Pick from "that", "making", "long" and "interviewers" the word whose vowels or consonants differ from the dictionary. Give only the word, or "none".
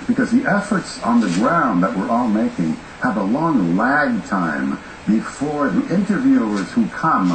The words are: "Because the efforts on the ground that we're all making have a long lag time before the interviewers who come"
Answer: none